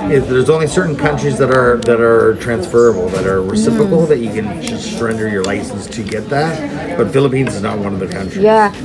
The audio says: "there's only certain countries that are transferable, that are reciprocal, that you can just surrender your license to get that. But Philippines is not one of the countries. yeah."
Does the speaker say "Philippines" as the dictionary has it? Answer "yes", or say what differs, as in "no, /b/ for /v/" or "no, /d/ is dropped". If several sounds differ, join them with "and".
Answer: yes